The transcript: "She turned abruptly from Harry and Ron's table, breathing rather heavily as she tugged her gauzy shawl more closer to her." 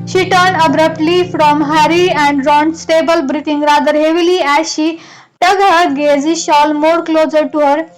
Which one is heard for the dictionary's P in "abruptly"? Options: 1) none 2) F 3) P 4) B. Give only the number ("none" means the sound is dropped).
3